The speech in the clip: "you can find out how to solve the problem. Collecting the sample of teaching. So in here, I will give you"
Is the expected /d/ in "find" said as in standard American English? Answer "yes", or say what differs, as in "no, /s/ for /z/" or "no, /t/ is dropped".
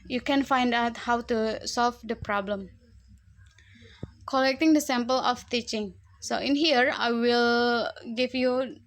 yes